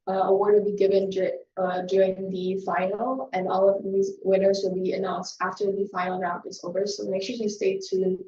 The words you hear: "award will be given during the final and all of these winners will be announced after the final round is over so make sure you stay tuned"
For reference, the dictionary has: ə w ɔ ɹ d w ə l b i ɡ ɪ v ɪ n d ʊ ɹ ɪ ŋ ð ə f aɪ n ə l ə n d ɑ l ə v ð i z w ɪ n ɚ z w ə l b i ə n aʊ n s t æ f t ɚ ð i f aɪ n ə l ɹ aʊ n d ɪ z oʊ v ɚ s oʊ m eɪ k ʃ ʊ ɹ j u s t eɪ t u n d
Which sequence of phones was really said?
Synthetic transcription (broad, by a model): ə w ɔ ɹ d w ə l b i ɡ ɪ v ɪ n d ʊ ɹ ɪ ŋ ð ə f aɪ n l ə n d ɑ l ə v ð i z w ɪ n ɚ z w ə l b i ə n aʊ n s t æ f t ɚ ð i f aɪ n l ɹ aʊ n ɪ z oʊ v ɚ s oʊ m eɪ k ʃ ʊ ɹ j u s t eɪ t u